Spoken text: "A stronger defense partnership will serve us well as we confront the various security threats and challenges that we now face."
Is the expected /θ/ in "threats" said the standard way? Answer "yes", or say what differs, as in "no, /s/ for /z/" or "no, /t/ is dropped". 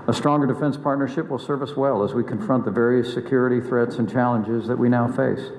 yes